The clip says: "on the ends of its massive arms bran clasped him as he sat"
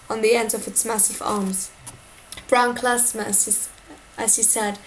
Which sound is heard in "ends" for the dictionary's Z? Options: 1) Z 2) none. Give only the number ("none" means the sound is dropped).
2